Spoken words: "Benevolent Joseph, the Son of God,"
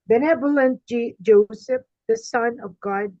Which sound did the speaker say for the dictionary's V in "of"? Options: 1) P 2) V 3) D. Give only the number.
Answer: 2